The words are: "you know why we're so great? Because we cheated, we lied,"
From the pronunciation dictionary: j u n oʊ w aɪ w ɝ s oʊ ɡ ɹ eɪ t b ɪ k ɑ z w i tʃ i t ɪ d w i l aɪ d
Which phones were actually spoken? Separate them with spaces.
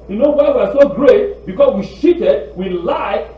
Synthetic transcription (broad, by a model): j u n oʊ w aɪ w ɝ s oʊ ɡ ɹ eɪ t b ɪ k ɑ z w i ʃ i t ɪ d w i l aɪ